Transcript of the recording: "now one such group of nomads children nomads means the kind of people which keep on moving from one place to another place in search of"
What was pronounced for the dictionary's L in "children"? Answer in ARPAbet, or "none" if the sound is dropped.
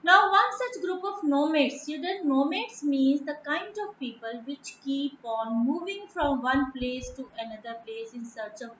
none